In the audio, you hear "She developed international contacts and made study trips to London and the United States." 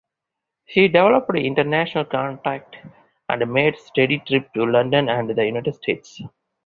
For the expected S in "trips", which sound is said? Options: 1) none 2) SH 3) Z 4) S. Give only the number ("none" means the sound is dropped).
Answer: 1